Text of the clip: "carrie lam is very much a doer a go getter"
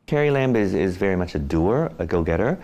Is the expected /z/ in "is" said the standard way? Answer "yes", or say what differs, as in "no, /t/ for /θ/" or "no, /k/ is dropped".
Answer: yes